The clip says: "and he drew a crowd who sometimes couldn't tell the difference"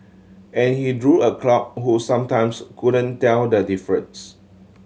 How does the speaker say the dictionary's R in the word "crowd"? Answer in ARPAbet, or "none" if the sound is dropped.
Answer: L